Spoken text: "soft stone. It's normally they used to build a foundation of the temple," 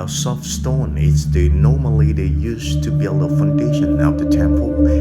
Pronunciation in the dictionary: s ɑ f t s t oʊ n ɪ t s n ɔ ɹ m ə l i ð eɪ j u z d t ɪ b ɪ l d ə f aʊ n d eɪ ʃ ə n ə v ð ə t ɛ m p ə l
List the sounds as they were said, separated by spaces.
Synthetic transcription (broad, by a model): s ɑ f s t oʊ n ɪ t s n ɔ ɹ m ə l i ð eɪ j u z t ɪ b ɪ l d ə f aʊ n d eɪ ʃ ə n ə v ð ə t ɛ m p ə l